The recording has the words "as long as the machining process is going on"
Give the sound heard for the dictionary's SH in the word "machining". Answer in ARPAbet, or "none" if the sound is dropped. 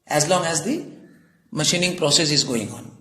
SH